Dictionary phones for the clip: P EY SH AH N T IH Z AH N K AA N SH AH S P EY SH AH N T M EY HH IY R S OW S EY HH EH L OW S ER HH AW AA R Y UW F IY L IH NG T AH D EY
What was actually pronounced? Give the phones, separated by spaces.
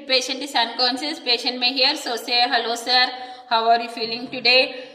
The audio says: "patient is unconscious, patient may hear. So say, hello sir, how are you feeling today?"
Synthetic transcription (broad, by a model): P EY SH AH N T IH S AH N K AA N S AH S P EY SH AH N T M EY HH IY R S OW S EY HH EH L OW S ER HH AW AA R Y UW F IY L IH NG T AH D EY